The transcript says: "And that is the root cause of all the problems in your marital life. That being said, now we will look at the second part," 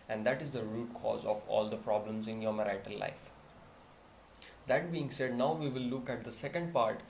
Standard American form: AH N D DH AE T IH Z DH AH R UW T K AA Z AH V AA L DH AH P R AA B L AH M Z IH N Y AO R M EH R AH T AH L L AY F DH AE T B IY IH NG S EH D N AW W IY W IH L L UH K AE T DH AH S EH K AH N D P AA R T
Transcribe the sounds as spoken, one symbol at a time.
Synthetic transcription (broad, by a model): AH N D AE T IH Z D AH R UW T K AA Z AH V AA L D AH P R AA B L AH M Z IH N Y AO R M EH R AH T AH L L AY F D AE T B IY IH NG S EH D N AW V IY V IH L L UH K AE T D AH S EH K AH N D P AA R T